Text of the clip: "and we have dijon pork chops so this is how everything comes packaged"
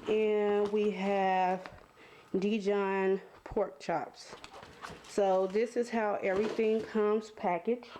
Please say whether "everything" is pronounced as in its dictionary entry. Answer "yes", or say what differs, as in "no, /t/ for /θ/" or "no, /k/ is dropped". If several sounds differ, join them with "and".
yes